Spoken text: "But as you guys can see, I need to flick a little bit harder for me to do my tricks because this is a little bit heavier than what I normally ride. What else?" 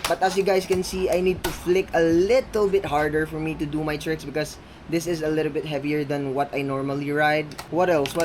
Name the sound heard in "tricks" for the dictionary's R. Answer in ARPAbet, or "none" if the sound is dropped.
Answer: R